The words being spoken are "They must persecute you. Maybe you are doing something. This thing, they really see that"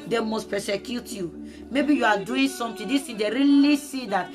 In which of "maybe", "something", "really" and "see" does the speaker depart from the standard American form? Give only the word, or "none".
something